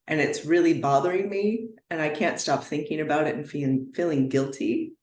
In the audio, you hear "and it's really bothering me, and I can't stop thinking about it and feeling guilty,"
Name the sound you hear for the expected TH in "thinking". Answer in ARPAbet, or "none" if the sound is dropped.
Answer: TH